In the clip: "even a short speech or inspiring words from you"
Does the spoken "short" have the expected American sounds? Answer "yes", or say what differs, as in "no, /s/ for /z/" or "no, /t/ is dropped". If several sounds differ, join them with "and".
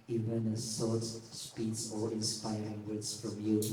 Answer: no, /s/ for /ʃ/